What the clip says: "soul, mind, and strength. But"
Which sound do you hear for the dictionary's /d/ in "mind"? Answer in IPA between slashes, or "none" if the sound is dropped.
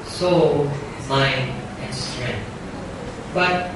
none